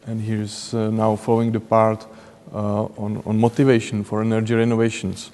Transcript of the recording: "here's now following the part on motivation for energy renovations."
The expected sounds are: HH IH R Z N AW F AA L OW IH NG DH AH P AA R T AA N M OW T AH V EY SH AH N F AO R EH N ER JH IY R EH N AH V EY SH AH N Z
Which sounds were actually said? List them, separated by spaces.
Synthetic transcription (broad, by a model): HH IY R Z N AW F AA L OW IH NG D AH P AA R T AA N M OW T AH V EY SH AH N F AO R EH N ER JH IY R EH N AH V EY SH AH N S